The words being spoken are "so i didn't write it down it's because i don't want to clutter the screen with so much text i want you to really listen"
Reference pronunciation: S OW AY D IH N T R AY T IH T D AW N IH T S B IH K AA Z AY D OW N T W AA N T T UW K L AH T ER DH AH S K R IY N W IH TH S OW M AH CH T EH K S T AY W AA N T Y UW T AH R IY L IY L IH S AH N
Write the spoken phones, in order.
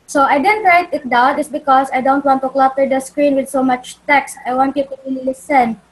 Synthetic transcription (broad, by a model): S OW AY D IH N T R AY T IH T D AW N IH T S B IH K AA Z AY D OW N T W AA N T T UW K L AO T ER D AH S K R IY N W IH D S OW M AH CH T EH K S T AY W AA N T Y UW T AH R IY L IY L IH S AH N